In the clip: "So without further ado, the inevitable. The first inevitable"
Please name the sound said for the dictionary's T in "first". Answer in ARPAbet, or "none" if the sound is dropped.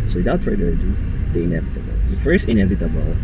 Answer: none